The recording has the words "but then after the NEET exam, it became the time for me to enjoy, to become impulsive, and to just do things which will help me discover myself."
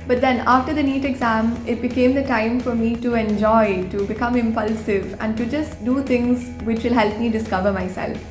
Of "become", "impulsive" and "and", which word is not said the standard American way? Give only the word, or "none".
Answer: none